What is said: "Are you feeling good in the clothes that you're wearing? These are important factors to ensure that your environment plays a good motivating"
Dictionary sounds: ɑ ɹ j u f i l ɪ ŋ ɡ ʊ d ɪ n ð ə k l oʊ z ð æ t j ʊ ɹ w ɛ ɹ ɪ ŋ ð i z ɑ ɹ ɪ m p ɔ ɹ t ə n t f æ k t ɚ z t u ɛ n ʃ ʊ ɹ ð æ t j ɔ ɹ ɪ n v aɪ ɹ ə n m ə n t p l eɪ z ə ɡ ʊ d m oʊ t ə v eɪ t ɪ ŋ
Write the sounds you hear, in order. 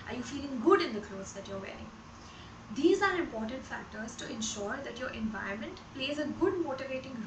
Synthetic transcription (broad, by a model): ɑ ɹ j u f i l ɪ ŋ ɡ ʊ d ɪ n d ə k l oʊ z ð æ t j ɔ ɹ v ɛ ɹ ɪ ŋ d i z ɑ ɹ ɪ m p ɔ ɹ t ə n t f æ k t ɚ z t u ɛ n ʃ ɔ ɹ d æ t j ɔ ɹ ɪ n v aɪ ə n m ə n t p l eɪ z ə ɡ ʊ d m oʊ t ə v eɪ t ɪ ŋ